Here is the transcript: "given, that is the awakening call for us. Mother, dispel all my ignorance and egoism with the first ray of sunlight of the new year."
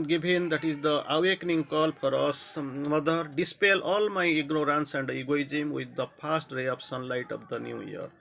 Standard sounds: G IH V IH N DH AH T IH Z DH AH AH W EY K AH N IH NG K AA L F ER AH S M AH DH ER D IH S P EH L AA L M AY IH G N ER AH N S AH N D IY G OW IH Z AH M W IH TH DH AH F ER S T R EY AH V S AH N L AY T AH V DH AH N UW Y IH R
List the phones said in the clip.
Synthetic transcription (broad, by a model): G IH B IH N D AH T IH Z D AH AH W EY K N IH NG K AA L P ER AH S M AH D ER D IH S P EH L AA L M AY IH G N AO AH N S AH N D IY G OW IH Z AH M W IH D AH P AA S T R EY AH P S AH N L AY T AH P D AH N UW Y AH R